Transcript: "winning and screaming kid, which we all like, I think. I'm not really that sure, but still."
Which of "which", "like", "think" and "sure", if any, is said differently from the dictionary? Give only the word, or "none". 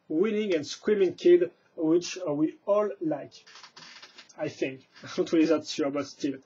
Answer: sure